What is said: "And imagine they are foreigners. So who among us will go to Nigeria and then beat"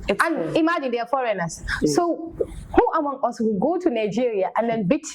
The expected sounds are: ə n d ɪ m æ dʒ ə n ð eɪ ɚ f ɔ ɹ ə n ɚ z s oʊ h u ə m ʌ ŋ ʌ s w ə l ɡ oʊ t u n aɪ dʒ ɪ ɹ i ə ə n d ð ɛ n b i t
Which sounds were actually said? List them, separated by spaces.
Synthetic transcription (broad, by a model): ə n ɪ m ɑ dʒ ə n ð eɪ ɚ f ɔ ɹ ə n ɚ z s oʊ h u ə m ʌ ŋ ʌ s w ə l ɡ oʊ t u n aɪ dʒ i ɹ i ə ə n d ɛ n b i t